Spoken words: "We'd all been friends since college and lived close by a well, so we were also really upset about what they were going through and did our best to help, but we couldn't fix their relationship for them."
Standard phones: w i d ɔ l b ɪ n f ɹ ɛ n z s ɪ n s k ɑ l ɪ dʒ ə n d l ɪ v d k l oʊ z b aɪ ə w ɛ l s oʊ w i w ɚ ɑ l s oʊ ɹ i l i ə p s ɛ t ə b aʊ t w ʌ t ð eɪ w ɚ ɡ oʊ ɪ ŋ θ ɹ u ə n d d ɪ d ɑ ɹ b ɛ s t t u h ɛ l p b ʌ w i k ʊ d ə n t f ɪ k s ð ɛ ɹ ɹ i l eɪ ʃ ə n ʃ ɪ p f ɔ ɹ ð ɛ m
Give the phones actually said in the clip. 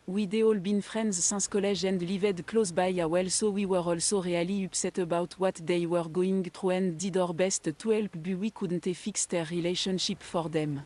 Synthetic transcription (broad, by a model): w i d ɔ l b ɪ n f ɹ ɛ n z s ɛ s k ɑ l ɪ ʒ ə n d l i v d k l oʊ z b aɪ ə w ɛ l s oʊ w i w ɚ ɑ l s oʊ ɹ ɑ l i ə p s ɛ t ə b aʊ t w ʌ t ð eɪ w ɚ ɡ oʊ ɪ ŋ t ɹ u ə n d d ɪ d ɑ ɹ b ɛ s t t u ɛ l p b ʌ w i k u d n t f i k s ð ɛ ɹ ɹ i l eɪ ʃ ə n ʃ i p f ɔ ɹ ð ɛ m